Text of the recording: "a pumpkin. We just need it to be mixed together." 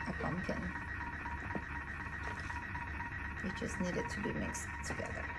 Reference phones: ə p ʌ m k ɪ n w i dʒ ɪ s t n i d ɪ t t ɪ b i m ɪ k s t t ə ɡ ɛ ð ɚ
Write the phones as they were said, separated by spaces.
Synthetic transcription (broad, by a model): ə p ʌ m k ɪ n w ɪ tʃ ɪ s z n i d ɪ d t ɪ b i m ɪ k s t t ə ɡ ɛ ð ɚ